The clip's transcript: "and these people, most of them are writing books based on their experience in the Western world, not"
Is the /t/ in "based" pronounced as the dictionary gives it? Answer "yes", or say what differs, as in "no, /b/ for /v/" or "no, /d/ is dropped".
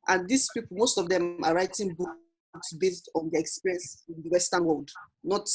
yes